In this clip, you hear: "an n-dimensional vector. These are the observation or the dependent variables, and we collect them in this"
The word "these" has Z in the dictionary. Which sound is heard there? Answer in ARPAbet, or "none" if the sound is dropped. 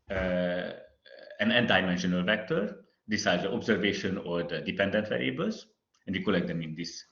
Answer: S